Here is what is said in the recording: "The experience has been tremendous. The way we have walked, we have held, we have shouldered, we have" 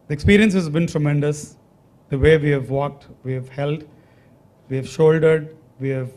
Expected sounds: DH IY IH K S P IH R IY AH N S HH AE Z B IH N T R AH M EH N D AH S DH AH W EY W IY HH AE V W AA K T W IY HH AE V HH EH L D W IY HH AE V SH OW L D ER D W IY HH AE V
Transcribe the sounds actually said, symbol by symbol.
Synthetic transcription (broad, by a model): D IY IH K S P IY R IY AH N S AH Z B IH N T R AH M EH N D AH S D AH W EY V IY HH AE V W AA K T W IY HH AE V HH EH L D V IY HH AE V SH OW L D ER D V IY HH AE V